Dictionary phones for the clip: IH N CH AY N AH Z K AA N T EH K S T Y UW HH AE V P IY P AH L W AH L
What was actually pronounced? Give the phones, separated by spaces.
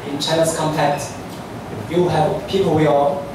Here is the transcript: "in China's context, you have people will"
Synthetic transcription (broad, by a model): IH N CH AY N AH S K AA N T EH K T Y UW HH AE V P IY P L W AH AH